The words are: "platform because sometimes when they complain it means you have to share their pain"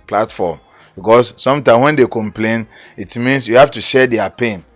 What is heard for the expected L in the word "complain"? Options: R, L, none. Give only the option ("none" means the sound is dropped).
L